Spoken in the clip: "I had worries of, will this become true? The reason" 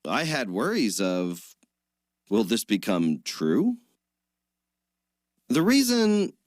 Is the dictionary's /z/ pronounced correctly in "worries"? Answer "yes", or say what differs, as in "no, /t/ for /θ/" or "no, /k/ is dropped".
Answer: yes